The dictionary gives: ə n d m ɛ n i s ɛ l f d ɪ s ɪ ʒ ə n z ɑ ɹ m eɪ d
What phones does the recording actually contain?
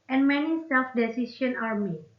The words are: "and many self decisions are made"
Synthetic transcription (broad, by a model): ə n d m ɛ n i s ɛ l f d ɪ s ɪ s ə n ɑ ɹ m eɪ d